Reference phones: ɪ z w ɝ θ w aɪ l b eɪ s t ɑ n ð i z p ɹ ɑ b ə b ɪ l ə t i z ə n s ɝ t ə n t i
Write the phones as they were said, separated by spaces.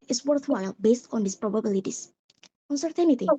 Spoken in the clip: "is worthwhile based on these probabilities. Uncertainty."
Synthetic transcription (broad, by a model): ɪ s w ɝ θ w aɪ l b eɪ s t ɑ n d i s p ɹ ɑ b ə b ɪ l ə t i s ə n s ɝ t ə n t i